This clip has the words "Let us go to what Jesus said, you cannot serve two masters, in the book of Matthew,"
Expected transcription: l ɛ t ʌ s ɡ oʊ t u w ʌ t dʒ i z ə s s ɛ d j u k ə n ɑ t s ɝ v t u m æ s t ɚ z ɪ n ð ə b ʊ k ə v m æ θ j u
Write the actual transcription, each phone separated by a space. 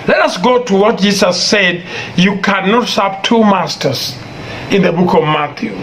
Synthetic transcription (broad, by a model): l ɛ t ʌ s ɡ oʊ t u w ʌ t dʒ i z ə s s ɛ d j u k ə n ɑ t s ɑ p t u m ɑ s t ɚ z ɪ n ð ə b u k ə v m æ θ j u